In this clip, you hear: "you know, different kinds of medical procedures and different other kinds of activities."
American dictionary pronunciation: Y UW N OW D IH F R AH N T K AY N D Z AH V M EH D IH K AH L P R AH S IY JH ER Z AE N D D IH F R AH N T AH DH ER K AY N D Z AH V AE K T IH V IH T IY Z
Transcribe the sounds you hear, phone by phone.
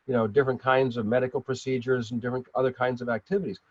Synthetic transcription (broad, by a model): Y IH N OW D IH F R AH N K AY N D Z AH V M EH D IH K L P R AH S IY JH ER Z N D D IH F R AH N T AH DH ER K AY N D Z AH V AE K T IH V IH T IY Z